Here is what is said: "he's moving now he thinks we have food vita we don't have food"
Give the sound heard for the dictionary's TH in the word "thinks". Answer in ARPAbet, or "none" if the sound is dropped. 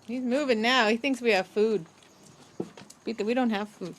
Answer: TH